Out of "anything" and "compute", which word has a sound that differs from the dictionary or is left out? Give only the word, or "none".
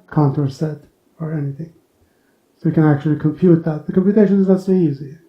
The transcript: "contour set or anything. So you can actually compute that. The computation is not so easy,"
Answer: none